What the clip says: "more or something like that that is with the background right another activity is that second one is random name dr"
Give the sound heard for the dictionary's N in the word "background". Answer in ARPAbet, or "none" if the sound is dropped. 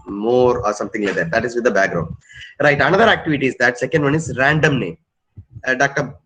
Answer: N